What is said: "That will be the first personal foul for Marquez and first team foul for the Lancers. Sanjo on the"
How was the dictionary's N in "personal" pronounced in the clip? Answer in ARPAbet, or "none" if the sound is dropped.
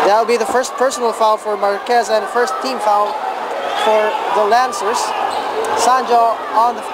N